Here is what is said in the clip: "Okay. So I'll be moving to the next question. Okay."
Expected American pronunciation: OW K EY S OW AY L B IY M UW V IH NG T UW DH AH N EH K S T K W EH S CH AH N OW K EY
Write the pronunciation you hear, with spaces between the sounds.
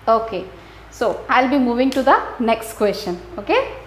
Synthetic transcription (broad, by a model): OW K EY S OW AY L B IY M UW V IH NG T UW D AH N EH K S T K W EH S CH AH N OW K EY